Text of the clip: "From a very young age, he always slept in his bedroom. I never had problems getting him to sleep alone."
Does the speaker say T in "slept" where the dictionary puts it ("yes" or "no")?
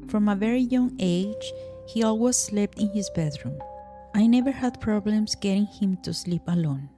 yes